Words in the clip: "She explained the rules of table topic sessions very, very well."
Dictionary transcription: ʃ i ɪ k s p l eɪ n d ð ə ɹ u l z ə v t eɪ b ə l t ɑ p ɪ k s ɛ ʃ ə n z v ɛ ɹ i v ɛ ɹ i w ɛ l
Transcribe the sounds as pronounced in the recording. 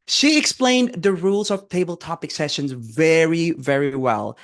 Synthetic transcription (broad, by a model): ʃ i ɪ k s p l eɪ n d ð ə ɹ u l z ə v t eɪ b ə l t ɑ p ɪ k s ɛ ʃ ə n z v ɛ ɹ i v ɛ ɹ i w ɛ l